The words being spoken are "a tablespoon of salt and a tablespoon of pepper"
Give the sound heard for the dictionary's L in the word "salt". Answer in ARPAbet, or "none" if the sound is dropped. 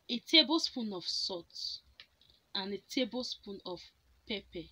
none